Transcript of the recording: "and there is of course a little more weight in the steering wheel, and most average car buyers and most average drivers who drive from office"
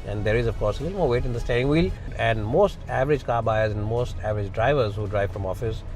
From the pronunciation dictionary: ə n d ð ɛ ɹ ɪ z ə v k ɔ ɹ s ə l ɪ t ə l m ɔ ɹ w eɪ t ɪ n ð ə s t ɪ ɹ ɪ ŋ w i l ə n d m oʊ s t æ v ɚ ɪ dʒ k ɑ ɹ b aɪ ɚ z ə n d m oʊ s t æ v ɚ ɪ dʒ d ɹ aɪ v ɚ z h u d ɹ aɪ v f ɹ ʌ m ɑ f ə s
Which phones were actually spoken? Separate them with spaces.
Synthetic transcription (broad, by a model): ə n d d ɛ ɹ ɪ z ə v k ɔ ɹ s ə l ɪ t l m ɔ ɹ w eɪ t ɪ n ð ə s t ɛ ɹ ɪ ŋ w i l ə n d m oʊ s t æ v ɚ ɪ dʒ k ɑ ɹ b aɪ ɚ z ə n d m oʊ s t æ v ɚ ɪ dʒ d ɹ aɪ v ɚ z h u d ɹ aɪ v f ɹ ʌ m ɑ f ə s